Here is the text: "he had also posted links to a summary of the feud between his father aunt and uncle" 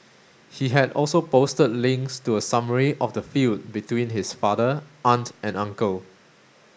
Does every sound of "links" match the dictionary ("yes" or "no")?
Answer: yes